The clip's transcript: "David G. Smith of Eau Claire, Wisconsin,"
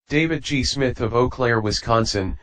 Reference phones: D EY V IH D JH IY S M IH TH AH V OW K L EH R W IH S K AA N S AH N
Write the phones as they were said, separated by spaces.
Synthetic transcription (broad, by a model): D EY V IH D JH IY S M IH TH AH V OW K L EH R W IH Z K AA N S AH N